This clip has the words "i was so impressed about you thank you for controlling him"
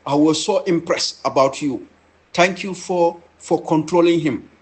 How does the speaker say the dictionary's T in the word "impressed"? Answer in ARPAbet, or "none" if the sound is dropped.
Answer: T